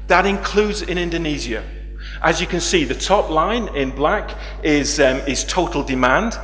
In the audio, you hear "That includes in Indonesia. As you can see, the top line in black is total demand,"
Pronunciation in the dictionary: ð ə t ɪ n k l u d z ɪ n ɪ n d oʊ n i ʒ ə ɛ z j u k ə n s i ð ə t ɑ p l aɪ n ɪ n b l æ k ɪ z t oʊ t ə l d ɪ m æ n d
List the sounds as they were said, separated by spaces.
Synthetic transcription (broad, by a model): ð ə t ɪ n k l u d z ɪ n ɪ n d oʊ n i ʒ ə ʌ z j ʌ k ə n s i ð ə t ɑ p l aɪ n ɪ n b l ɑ k ɪ z t oʊ t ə l d ɪ m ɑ n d